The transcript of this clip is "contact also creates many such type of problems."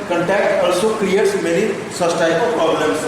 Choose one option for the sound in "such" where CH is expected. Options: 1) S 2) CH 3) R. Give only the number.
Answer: 1